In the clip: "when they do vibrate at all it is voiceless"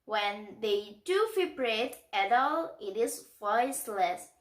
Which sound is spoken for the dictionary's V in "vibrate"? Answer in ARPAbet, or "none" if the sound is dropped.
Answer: F